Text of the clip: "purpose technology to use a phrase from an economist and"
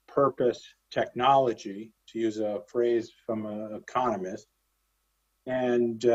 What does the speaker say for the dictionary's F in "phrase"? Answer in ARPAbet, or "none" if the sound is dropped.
F